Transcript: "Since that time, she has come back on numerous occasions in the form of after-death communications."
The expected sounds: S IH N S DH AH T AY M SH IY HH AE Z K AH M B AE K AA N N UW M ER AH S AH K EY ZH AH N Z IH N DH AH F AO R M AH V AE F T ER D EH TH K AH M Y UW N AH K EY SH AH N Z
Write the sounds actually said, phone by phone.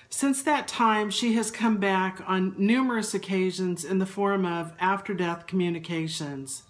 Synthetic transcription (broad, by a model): S IH N S DH AH T AY M SH IY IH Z K AH M B AE K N N UW M ER AH S AH K EY ZH AH N Z IH N DH AH F AO R M AH V AE F T ER D EH TH K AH M Y UW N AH K EY SH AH N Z